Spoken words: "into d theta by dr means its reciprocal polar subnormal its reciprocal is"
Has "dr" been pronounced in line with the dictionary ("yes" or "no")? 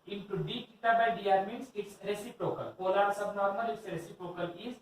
no